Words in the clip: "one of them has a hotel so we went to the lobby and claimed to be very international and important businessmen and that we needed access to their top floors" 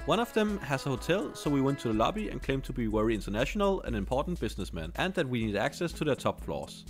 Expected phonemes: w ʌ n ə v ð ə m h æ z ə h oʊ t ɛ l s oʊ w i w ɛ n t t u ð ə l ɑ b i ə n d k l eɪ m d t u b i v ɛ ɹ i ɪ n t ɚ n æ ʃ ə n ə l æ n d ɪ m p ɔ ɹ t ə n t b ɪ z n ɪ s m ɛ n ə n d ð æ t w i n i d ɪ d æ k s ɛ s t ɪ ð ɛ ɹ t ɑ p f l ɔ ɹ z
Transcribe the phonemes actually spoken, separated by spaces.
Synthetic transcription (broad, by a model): w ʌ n ə v ð ə m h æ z ə h oʊ t ɛ l s oʊ w i w ɛ n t t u ð ə l ɑ b i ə n k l eɪ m t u b i w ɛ ɹ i ɪ n t ɚ n æ ʃ ə n ə l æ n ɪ m p ɔ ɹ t n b ɪ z n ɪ s m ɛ n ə n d ð æ t w i n i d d æ k s ɛ s t ɪ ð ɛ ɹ t ɑ p f l ɔ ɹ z